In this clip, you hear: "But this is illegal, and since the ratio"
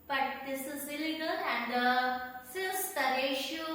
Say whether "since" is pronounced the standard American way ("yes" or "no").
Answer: no